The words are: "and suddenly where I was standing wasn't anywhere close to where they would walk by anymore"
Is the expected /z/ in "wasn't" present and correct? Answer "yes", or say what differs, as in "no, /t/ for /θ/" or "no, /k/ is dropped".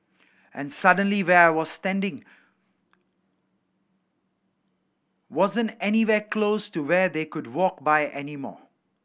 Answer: yes